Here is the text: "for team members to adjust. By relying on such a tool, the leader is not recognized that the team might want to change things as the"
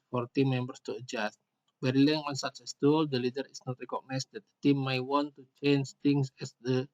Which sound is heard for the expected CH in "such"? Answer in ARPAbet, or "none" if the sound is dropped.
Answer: S